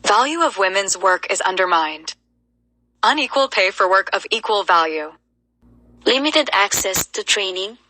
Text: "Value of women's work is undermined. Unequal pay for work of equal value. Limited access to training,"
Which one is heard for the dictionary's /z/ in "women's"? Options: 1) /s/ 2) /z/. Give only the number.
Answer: 2